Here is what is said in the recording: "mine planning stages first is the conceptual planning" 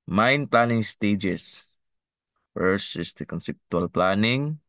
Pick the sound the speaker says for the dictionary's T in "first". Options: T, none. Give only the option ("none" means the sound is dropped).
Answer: none